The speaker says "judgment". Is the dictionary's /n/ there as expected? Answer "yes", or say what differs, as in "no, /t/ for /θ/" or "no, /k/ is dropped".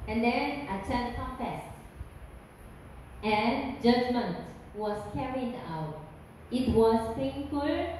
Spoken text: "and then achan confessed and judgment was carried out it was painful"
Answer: yes